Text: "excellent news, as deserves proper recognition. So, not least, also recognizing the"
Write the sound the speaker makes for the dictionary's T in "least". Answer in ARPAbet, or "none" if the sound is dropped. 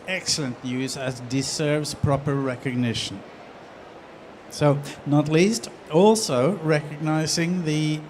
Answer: T